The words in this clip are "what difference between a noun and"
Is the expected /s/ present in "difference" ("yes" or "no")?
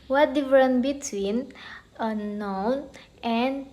no